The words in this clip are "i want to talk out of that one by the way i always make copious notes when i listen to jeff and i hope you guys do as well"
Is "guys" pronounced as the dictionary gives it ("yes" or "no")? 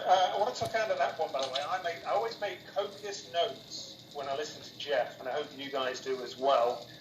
yes